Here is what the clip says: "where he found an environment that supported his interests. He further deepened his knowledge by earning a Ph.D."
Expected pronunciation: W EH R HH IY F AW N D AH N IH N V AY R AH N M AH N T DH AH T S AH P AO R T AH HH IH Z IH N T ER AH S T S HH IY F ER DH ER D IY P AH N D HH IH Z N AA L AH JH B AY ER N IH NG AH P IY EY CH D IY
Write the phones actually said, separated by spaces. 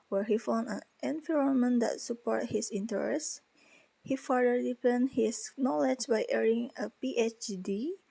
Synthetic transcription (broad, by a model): W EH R HH IY F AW N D AH N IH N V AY R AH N M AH N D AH T S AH P AO R T HH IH S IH N T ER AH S S HH IY F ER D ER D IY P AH N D HH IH S N AA L AH JH B AY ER IH NG AH P IY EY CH D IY